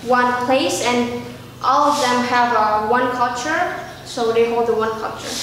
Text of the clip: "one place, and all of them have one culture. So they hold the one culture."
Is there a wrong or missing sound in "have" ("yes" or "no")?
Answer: no